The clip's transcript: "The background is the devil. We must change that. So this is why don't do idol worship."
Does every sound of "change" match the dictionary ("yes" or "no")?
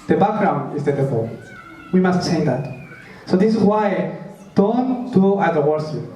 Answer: no